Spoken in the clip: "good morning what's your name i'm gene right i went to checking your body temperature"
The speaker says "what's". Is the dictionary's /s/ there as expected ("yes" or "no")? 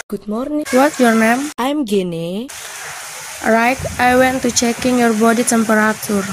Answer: no